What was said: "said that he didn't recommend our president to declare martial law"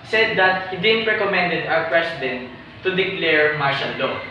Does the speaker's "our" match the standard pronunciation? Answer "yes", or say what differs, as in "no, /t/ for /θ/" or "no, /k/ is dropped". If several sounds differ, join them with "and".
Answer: no, /w/ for /ɹ/